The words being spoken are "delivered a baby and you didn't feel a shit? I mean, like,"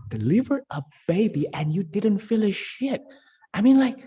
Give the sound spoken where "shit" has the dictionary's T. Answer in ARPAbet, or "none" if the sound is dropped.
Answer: T